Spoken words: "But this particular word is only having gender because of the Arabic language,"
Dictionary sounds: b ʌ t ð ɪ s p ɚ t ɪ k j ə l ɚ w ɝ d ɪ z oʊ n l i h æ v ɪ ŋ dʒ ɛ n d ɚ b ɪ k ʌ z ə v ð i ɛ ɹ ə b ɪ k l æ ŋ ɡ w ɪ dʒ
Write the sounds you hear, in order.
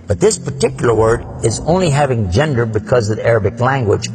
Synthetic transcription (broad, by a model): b ʌ t ð ɪ s p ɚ t ɪ k j l ɚ w ɝ d ɪ z oʊ n l i h æ v ɪ ŋ dʒ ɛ n d ɚ b ɪ k ʌ z ə v ð i ɛ ɹ ə b ɪ k l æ ŋ ɡ w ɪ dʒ